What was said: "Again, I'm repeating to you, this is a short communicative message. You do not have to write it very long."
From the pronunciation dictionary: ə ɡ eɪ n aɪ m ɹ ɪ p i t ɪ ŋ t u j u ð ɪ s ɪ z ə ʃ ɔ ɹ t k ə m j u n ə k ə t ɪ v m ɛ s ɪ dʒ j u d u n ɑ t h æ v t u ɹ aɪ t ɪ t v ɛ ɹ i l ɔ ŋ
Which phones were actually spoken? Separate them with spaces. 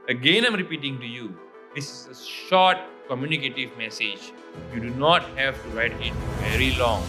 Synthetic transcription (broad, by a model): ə ɡ eɪ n aɪ m ɹ ɪ p i t ɪ ŋ t u j u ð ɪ s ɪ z ə ʃ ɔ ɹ t k ə m j u n ə k ə t ɪ v m ɛ s ɪ dʒ j u d u n ɑ t h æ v t u ɹ aɪ t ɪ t v ɛ ɹ i l ɔ ŋ